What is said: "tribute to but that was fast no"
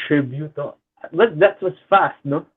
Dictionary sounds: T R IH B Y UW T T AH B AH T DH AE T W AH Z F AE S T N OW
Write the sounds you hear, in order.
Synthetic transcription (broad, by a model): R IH B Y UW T T AH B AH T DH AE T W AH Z F AE S T N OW